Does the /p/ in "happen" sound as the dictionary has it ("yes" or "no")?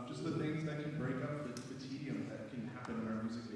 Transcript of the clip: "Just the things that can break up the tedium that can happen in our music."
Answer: yes